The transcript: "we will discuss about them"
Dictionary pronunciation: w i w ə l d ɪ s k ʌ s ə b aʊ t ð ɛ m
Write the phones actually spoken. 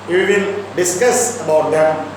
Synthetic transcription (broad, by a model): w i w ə n d ɪ s k ʌ s ə b aʊ t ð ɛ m